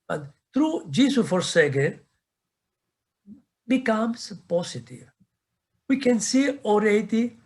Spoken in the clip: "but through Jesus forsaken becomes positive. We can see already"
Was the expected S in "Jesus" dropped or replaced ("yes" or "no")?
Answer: yes